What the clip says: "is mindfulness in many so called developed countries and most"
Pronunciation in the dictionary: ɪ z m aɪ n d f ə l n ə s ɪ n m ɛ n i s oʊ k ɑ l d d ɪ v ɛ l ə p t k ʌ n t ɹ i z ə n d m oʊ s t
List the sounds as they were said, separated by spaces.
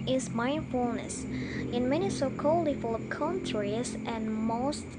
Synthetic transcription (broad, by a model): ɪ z m aɪ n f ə l n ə s ɪ n m ɛ n i s oʊ k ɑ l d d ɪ f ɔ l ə k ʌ n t ɹ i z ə n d m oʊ s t